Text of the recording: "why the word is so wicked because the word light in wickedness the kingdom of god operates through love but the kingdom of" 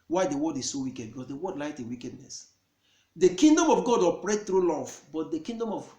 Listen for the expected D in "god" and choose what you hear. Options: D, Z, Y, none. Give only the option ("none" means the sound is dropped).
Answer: D